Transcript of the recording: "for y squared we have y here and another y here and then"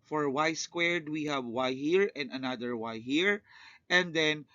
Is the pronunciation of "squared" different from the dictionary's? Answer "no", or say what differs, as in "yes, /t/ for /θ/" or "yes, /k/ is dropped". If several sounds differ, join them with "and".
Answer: no